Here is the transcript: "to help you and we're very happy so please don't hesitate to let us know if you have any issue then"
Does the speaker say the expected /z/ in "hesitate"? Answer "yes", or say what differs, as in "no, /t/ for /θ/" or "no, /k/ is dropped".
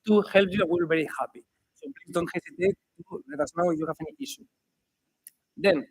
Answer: no, /s/ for /z/